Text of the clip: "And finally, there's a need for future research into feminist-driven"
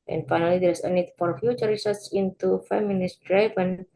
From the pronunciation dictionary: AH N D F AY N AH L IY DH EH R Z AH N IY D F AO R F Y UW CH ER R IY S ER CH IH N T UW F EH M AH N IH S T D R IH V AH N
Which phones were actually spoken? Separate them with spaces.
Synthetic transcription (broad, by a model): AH N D F AY N AH L IY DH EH R S AH N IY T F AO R F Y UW CH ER R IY S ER S IH N T UW F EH M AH N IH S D R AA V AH N